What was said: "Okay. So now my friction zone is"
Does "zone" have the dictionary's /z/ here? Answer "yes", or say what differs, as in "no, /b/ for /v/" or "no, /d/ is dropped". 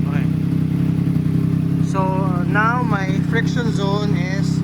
yes